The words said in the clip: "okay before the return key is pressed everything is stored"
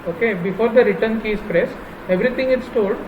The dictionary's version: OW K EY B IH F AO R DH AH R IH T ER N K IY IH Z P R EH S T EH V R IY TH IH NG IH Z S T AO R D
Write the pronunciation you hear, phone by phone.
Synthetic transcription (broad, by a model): OW K EY B IH F AO R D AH R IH T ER N K IY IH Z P R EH S EH V R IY T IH NG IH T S T AO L D